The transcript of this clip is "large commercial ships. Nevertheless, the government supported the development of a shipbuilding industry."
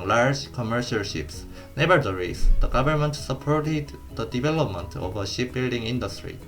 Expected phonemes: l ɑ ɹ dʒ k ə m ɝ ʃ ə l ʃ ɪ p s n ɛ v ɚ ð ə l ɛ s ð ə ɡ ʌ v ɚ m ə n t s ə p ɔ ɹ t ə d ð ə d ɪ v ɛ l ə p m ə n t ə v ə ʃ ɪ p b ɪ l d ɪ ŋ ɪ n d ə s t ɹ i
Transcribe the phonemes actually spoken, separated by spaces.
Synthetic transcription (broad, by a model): l ɑ ɹ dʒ k ə m ɝ ʃ ə l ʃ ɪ p s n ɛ b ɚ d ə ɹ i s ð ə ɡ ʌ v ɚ m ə n t s ə p ɔ ɹ t ə d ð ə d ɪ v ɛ l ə p m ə n t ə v ə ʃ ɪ p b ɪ l d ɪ ŋ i n d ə s t ɹ i